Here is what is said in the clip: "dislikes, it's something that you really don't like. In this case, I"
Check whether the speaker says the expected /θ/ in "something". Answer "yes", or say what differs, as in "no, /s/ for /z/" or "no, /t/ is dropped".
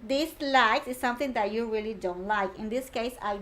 no, /t/ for /θ/